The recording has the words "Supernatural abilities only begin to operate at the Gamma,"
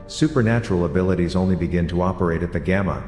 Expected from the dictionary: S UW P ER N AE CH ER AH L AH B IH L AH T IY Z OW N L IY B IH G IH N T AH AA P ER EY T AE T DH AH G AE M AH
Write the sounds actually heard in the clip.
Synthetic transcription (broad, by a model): S UW P ER N AE CH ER L AH B IH L AH T IY Z OW N L IY B IH G IH N T AH AA P ER EY T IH T DH AH G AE M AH